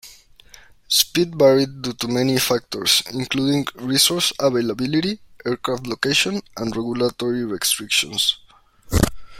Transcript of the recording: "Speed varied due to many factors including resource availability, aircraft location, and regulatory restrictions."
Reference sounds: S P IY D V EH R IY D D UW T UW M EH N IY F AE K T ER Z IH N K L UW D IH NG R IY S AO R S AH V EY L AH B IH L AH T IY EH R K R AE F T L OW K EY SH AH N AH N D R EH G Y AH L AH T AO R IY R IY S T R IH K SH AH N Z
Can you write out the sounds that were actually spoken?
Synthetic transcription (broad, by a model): S P IY D B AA R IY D D UW T UW M EH N IY F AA K T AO S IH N K L UW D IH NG R IY S AO R S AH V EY L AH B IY L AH T IY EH R K R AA F T L OW K EY SH AH N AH N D R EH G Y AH L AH T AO R IY R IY S T R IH K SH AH N S